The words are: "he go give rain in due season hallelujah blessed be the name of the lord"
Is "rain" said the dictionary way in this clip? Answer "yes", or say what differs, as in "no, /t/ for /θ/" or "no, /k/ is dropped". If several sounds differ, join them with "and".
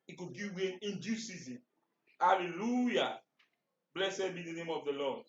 no, /w/ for /ɹ/